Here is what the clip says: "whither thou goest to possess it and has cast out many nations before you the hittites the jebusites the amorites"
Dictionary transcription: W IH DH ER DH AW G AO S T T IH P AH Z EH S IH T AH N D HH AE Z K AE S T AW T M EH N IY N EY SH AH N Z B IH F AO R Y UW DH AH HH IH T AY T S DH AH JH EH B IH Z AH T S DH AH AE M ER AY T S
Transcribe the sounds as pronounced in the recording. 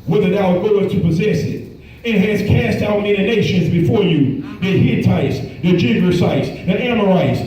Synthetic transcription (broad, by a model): W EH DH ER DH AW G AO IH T T IH P AH Z EH S IH T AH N HH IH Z K AE S T AW T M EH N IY N EY SH AH N Z B IH F AO R Y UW DH AH HH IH T AY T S DH AH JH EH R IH S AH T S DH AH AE M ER AY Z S